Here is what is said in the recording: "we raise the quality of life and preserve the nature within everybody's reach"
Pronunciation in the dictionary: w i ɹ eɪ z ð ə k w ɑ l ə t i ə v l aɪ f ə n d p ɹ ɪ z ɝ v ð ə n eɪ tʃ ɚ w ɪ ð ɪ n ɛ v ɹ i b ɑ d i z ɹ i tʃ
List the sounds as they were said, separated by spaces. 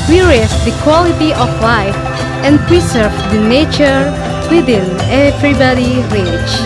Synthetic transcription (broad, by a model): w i ɹ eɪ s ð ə k w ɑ l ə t i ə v l aɪ f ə n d p ɹ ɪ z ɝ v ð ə n eɪ tʃ ɚ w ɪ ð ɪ n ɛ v ɹ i b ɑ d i ɹ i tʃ